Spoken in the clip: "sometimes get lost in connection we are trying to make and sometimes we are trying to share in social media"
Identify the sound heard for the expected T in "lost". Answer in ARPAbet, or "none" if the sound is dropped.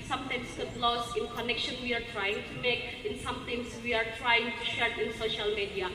none